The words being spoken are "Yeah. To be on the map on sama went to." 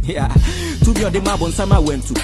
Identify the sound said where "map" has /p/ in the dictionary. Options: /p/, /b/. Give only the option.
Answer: /b/